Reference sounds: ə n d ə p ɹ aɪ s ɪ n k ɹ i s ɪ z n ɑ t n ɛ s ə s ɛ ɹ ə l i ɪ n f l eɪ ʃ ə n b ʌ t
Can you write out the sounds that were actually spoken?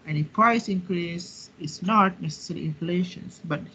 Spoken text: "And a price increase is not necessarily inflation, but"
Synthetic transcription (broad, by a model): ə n ə p ɹ aɪ s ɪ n k ɹ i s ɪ s n ɑ t n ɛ s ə s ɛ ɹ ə i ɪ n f l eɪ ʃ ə n b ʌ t